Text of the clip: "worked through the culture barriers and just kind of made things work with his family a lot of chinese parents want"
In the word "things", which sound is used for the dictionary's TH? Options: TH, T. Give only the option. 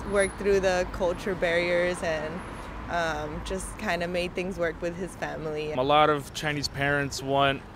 TH